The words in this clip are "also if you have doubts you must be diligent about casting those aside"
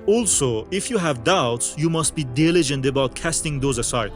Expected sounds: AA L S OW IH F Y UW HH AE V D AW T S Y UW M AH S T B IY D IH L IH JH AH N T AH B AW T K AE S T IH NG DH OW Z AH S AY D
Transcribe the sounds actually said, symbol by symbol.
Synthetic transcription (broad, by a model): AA L S OW IH F Y UW HH AE V D AW T S Y UW M AH S T B IY D IH L IH JH AH N T AH B AW T K AE S T IH NG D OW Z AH S AY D